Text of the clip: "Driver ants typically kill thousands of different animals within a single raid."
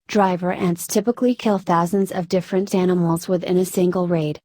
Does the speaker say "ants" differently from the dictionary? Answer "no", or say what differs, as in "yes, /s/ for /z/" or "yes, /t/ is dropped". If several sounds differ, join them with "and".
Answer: no